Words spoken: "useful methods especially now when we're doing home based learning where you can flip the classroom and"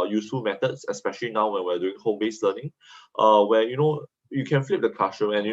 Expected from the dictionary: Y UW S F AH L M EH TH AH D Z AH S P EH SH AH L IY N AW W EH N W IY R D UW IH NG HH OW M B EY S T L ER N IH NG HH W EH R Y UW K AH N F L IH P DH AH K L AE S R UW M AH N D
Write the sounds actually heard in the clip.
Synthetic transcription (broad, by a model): Y UW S F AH L M EH T AH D S AH S P EH SH AH L IY N AW W EH N W IY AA D UW IH NG HH OW M B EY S L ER N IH NG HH W EH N Y UW K AH N F L IH P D AH K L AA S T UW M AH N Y